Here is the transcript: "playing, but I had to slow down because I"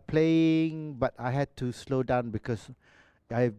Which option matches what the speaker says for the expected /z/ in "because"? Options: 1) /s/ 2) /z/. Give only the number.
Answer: 1